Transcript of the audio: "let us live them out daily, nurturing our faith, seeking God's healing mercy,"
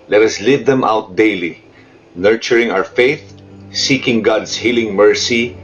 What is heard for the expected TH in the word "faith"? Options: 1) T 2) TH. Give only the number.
2